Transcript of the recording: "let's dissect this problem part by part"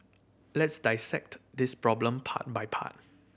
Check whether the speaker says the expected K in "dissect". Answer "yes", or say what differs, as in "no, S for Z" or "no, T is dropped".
yes